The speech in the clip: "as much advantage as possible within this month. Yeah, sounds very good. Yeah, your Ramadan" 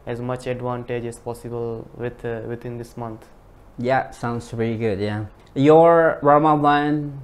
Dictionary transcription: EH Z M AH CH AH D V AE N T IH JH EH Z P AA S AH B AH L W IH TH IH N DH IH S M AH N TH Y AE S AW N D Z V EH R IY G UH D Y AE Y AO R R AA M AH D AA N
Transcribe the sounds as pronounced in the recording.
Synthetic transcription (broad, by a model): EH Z M AH CH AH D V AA N T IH JH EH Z P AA S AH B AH L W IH T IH N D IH S M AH N T Y AE S AW N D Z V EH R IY G UH D Y AE Y AO R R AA M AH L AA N